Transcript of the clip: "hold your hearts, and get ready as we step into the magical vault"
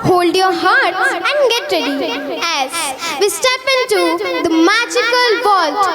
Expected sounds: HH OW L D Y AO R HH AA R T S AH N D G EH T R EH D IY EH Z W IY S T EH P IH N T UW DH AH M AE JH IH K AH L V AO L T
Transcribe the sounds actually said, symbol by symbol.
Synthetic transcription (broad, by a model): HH OW L D Y AO R HH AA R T AH N D G EH T R EH D IY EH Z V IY S T EH P IH N T UW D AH M AE JH IH K AH L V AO L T